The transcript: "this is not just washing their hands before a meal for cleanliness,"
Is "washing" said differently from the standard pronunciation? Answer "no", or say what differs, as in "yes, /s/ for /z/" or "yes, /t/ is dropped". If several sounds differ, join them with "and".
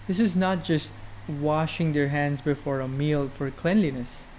no